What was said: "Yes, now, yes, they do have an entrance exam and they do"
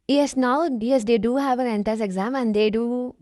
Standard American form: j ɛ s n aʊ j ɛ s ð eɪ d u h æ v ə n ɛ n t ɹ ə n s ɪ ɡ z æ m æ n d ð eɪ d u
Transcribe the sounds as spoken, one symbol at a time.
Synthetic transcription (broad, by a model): j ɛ s n aʊ j ɛ s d eɪ d u h æ v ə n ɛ n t ə s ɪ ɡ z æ m æ n d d eɪ d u